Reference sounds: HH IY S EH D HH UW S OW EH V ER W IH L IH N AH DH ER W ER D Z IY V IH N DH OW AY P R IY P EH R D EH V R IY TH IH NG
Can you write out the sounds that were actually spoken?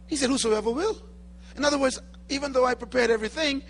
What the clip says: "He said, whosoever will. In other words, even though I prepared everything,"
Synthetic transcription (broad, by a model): HH IY S EH D HH UW S OW EH V ER W IH L IH N AH DH ER W ER D Z IY V IH N DH OW AY P R IY P EH R D EH V R IY TH IH NG